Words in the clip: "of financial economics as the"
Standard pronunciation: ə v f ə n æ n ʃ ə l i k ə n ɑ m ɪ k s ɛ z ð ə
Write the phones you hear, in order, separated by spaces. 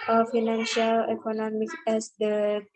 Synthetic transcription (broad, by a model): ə f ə n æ n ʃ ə l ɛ k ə n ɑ m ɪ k ɛ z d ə